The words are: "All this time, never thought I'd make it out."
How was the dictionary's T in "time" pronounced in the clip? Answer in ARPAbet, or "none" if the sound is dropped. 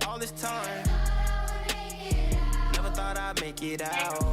T